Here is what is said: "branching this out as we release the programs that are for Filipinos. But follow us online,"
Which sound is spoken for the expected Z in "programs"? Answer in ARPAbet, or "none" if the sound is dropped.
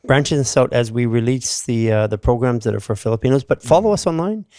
Z